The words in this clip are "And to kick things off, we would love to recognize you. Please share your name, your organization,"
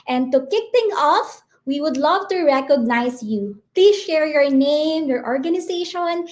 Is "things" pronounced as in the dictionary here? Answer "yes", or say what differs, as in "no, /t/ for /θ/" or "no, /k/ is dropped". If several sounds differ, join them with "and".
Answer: no, /t/ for /θ/ and /z/ is dropped